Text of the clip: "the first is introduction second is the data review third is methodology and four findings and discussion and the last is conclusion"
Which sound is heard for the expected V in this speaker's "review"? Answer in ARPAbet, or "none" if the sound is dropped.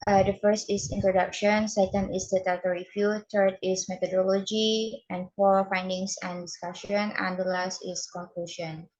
F